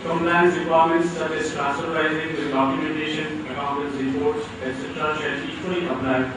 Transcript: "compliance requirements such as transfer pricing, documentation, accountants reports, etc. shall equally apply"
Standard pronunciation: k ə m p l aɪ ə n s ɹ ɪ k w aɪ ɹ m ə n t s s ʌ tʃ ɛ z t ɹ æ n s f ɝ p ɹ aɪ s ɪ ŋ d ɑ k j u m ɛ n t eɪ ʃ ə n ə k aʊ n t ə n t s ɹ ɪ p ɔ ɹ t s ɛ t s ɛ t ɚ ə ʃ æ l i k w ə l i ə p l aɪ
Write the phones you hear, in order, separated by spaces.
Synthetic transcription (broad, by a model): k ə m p l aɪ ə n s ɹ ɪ k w aɪ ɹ m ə n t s s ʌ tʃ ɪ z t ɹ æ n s ɝ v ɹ aɪ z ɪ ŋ d ɑ k j u m ɛ n t eɪ ʃ ə n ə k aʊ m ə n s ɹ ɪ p ɔ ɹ t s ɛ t s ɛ t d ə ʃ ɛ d i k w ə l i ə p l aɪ